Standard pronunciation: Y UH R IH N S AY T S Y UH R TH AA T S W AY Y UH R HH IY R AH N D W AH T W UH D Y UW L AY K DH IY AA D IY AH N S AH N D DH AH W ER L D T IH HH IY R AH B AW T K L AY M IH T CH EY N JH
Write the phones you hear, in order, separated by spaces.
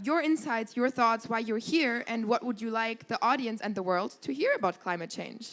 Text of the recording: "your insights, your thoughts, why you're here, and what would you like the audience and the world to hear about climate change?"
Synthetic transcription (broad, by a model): Y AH R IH N S AY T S Y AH R TH AA T S W AY Y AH R HH IY R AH N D W AH T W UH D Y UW L AY K DH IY AA D IY AH N S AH N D DH AH W ER L D T IH HH IY R AH B AW T K L AY M IH T CH EY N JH